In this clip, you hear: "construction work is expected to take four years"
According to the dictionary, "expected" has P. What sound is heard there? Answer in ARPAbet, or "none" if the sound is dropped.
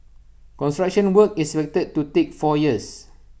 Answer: F